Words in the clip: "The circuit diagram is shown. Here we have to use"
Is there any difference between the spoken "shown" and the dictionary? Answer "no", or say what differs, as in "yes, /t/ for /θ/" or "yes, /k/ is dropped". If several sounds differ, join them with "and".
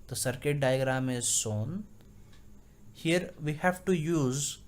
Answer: yes, /s/ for /ʃ/